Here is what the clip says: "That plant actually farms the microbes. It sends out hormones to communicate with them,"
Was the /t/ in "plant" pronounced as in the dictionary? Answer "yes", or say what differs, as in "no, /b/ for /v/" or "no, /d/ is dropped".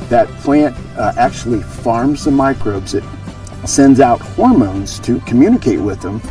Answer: yes